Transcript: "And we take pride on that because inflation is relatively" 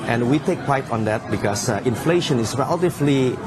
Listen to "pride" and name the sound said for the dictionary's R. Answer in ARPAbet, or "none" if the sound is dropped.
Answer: none